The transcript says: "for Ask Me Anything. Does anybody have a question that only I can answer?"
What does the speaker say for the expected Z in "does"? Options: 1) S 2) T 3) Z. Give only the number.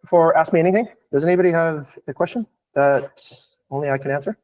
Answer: 3